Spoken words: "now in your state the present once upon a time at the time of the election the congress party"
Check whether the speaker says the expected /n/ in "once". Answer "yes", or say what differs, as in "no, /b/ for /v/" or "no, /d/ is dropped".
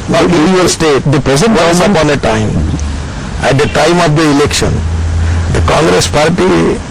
no, /n/ is dropped